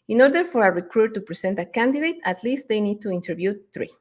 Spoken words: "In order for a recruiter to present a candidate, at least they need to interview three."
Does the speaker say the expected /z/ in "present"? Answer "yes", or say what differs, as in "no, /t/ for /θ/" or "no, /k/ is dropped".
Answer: no, /s/ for /z/